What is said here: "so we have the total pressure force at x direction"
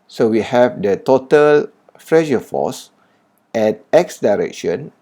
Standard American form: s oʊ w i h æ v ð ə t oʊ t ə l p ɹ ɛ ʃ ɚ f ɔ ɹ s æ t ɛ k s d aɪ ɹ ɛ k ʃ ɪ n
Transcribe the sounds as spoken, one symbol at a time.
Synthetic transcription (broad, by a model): s oʊ w i h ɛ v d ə t oʊ t ə l f ɹ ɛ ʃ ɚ f ɔ s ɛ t ɛ k s d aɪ ɹ ɛ k ʃ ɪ n